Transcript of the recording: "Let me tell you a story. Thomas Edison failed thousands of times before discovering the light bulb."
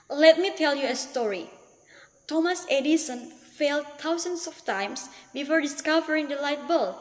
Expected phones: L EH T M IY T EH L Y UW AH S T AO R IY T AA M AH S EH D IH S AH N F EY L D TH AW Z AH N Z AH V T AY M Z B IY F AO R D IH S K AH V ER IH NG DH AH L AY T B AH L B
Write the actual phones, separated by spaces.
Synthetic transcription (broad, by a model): L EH T M IY T EH L Y UW AH S T AO R IY T AA M AH S EH D IH S AH N F EY L D T AW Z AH N S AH F T AY M S B IY F AO R D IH S K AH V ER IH NG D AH L AY T B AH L